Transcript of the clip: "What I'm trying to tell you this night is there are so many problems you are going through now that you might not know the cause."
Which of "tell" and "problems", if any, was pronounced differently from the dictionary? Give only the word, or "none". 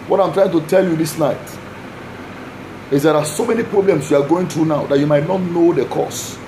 problems